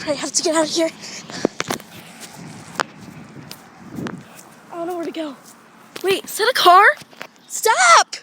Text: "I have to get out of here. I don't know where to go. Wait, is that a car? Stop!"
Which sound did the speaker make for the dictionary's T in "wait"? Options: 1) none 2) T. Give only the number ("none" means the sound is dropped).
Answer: 1